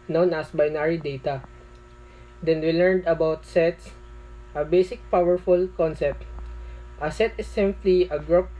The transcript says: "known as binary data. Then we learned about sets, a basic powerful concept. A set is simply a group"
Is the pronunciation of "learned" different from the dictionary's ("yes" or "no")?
no